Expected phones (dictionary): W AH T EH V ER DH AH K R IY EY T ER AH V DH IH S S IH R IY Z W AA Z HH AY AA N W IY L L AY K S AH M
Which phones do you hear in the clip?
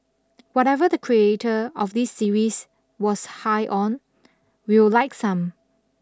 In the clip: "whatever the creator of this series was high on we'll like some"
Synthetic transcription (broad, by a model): W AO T EH V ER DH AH K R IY EY T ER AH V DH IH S S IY R IY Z W AA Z HH AY AA N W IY W L AY K S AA M